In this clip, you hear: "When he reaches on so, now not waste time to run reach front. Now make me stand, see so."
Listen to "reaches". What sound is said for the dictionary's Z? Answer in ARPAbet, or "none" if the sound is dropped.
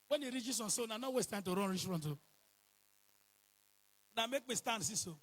S